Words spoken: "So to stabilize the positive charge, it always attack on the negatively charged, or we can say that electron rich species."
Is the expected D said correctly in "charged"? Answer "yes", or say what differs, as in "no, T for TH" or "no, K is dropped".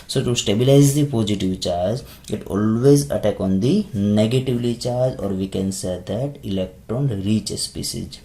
no, D is dropped